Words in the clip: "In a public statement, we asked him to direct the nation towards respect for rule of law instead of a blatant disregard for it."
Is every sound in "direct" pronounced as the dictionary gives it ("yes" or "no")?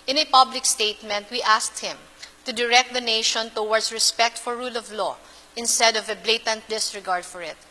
yes